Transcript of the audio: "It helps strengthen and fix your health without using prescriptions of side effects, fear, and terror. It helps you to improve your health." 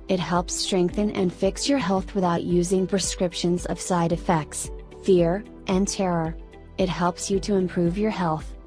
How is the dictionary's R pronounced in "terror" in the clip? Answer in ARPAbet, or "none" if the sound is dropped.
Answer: R